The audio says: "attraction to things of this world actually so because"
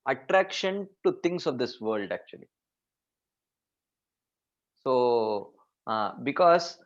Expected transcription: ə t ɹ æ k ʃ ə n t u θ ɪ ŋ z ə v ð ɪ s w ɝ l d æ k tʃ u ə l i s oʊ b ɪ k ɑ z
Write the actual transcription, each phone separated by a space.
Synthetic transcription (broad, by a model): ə t ɹ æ k ʃ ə n t u t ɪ ŋ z ə v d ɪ s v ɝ l d æ k tʃ u ə l i s oʊ b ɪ k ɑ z